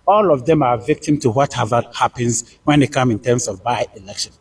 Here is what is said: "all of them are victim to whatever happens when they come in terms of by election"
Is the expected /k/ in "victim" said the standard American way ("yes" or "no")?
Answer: yes